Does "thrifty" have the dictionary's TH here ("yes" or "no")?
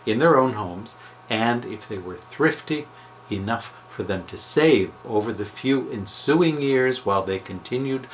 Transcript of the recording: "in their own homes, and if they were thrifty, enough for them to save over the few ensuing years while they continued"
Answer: yes